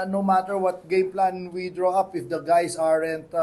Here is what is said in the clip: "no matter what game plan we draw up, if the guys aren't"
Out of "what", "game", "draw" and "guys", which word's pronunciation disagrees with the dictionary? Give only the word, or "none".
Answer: guys